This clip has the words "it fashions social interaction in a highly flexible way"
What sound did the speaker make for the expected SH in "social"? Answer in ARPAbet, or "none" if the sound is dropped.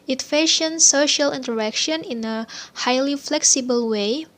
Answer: SH